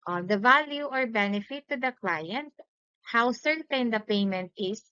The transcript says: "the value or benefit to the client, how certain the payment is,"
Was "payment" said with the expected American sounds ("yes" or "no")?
yes